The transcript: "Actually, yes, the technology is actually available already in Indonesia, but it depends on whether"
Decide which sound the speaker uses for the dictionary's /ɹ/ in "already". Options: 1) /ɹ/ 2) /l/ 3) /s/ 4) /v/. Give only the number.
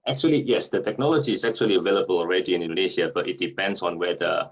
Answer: 1